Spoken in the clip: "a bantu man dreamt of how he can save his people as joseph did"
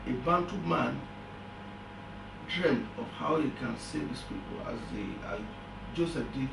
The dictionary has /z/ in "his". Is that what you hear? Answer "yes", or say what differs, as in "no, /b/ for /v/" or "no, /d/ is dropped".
no, /s/ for /z/